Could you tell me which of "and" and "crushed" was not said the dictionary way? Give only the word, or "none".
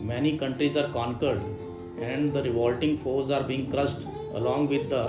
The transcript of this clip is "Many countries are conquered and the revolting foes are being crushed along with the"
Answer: crushed